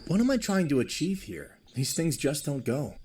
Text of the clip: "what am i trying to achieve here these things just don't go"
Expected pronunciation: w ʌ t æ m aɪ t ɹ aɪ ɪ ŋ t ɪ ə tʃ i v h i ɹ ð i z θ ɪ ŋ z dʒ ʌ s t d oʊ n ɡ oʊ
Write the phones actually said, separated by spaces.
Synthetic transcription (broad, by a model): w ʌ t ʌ m aɪ t ɹ aɪ ɪ ŋ t ɪ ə tʃ i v h i ɹ ð i z θ ɪ ŋ z dʒ ʌ s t d oʊ n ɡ oʊ